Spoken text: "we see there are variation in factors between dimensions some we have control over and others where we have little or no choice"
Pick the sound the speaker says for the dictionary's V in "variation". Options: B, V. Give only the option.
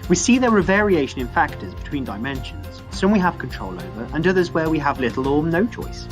V